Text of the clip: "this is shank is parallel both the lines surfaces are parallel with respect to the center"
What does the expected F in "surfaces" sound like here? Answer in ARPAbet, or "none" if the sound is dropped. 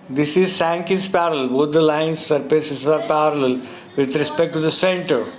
P